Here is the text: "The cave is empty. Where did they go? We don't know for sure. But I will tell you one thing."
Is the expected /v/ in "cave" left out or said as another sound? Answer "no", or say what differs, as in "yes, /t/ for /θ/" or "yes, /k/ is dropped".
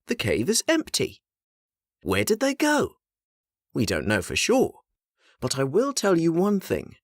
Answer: no